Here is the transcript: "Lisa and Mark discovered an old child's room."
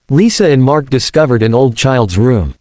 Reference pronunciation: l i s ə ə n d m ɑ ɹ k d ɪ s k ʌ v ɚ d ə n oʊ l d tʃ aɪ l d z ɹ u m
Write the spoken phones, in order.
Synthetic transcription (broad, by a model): l i s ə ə n m ɑ ɹ k d ɪ s k ʌ v ɚ d ə n oʊ l d tʃ aɪ l d z ɹ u m